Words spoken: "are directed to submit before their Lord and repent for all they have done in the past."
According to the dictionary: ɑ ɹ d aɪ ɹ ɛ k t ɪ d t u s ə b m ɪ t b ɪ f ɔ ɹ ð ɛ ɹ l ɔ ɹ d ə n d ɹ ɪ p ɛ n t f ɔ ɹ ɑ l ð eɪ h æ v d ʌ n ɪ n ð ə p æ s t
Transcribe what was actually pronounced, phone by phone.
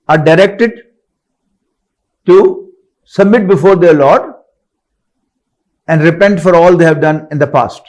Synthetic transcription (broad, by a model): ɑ ɹ d aɪ ɹ ɛ k t ɪ d t u s ə b m ɪ t b ɪ f ɔ ɹ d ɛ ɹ l ɔ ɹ d ə n d ɹ ɪ p ɛ n t f ɔ ɹ ɑ l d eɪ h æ v d ʌ n ɪ n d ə p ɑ s t